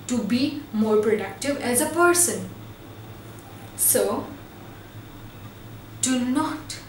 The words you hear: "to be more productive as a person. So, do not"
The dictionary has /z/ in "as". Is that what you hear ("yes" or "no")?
yes